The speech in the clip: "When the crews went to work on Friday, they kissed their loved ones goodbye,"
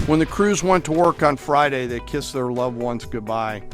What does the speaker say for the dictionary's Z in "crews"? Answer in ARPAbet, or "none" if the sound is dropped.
Z